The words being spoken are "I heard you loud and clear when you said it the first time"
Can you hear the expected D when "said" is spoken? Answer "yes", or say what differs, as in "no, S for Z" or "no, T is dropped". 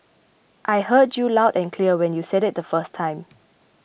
yes